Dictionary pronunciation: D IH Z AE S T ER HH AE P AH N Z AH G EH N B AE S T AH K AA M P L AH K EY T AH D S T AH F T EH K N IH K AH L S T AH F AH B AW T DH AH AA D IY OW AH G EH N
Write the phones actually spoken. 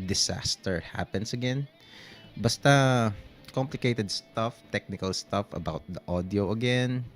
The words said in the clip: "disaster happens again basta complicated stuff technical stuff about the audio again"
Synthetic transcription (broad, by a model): D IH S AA S T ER HH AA P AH N S AH G EH N B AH S T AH K AA M P L AH K EY T AH D S T AH F T EH K N IH K AH L S T AH F AH B AW T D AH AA D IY OW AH G EH N